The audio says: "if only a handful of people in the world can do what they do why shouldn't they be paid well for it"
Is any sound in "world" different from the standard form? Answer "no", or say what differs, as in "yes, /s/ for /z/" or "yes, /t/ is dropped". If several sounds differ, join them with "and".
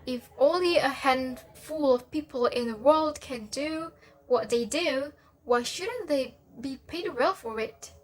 no